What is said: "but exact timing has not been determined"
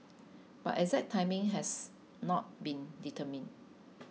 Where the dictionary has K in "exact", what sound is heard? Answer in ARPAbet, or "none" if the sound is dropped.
none